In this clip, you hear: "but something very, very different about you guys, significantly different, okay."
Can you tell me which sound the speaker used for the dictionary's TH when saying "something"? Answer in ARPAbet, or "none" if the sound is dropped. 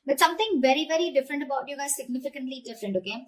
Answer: T